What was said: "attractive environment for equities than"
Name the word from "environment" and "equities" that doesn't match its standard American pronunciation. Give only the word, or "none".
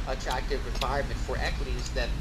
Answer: environment